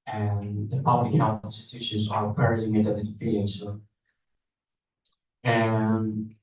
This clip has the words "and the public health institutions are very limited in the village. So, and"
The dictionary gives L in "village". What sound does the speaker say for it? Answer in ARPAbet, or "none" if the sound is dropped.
none